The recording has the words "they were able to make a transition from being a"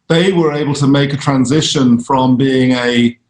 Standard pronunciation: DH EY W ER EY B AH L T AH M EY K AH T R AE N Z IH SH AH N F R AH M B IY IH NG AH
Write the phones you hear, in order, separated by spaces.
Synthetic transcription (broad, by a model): DH EY W ER EY B AH L T AH M EY K AH T R AE N Z IH SH AH N F R AH M B IY IH NG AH